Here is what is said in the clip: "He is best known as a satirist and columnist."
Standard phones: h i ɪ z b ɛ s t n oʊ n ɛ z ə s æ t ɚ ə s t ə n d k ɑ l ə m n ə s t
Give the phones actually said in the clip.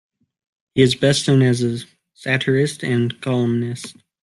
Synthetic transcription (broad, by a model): h i ɪ z b ɛ s t n oʊ n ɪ z ə s æ t ɚ ə s t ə n k ɑ l ə m n ə s t